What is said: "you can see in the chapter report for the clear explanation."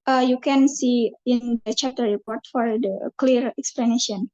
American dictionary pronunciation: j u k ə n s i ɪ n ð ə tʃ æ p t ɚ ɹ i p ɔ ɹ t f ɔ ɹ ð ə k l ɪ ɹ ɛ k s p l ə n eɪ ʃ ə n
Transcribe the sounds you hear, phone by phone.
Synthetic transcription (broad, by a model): j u k ə n s i ɪ n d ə tʃ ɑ t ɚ ɹ i p ɔ ɹ t f ɔ ɹ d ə k l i ɹ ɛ k s p l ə n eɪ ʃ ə n